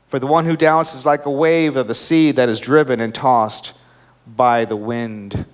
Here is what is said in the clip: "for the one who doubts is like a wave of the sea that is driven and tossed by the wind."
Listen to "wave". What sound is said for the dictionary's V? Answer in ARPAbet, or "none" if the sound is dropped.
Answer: V